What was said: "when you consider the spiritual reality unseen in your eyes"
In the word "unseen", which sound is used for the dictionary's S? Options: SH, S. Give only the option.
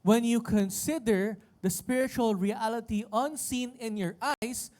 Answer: S